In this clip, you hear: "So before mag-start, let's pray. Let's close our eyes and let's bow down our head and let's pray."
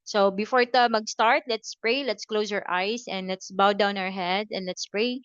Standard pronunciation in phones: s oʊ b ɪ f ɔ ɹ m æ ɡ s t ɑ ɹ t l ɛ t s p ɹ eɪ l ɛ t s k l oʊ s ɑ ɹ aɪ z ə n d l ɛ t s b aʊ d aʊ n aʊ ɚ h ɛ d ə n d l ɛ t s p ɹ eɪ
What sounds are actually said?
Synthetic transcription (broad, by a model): s oʊ b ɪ f ɔ ɹ m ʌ ɡ s t ɑ ɹ t l ɛ t s p ɹ eɪ l ɛ t s k l oʊ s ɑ ɹ aɪ s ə n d l ɛ t s b aʊ d aʊ n aʊ ɚ h ɛ d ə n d l ɛ t s p ɹ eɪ